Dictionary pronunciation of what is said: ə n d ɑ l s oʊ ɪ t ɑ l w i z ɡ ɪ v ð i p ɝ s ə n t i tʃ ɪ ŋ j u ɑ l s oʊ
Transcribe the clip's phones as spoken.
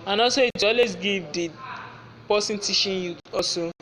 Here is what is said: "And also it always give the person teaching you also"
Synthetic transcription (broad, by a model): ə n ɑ s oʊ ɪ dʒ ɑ l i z ɡ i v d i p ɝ s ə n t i ʃ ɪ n j u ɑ s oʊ